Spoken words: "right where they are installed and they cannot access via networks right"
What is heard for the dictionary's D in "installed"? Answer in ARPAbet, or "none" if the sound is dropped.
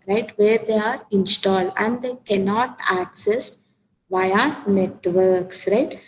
D